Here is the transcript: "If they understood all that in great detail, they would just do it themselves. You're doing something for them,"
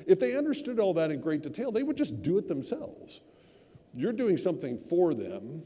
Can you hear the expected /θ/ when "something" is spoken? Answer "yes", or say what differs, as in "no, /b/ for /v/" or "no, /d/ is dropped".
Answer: yes